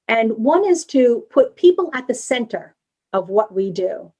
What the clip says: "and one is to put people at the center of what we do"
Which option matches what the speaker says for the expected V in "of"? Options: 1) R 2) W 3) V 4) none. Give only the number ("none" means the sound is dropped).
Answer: 3